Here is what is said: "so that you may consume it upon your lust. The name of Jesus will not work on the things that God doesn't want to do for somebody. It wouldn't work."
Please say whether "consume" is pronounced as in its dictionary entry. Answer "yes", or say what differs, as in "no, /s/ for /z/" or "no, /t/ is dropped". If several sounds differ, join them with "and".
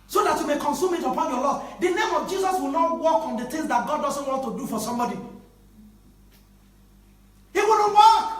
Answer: yes